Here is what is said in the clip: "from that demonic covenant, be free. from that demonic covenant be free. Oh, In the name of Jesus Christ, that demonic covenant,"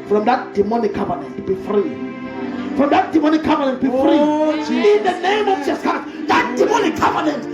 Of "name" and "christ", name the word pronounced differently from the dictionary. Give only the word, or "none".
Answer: christ